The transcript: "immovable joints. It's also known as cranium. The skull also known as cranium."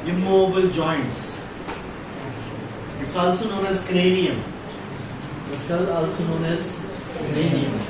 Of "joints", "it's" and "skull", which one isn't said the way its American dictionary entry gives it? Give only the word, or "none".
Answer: skull